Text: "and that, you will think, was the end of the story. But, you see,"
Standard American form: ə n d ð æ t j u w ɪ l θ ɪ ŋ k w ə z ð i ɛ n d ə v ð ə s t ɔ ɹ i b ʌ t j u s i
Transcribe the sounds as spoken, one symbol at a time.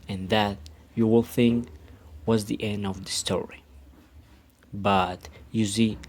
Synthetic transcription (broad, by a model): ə n ð æ t j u w ɪ l θ ɪ ŋ k w ə z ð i ɛ n d ə v ð ə s t ɔ ɹ i b ʌ t j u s i